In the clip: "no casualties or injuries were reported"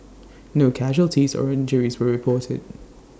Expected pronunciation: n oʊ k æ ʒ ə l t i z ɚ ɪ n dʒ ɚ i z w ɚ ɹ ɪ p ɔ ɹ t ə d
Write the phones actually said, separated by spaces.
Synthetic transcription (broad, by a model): n oʊ k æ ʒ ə l t i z ɚ ɪ n dʒ ɚ i z w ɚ ɹ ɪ p ɔ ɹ t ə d